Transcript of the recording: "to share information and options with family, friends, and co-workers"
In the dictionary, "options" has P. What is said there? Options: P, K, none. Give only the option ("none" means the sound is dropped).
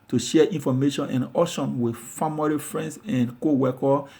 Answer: none